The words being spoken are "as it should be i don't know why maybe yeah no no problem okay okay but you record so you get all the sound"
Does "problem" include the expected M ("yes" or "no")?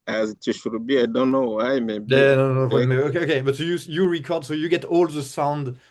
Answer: no